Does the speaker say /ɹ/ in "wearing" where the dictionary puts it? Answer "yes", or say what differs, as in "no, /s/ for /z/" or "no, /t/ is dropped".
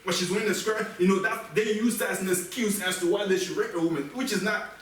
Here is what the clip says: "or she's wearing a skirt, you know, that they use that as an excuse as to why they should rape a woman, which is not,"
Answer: no, /ɹ/ is dropped